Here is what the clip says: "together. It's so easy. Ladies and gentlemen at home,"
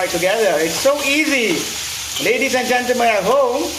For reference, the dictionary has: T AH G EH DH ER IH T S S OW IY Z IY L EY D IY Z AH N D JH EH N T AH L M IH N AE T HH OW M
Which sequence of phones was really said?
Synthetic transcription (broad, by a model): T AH G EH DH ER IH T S S OW IY Z IY L EY D IY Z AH N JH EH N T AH M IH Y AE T HH OW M